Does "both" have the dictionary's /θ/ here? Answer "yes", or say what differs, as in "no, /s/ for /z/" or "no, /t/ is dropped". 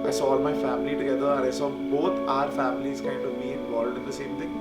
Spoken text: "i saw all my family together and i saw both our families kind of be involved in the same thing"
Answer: no, /t/ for /θ/